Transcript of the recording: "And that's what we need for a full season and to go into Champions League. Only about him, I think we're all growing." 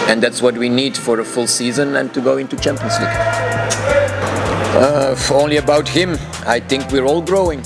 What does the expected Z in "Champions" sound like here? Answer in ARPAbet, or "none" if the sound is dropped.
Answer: S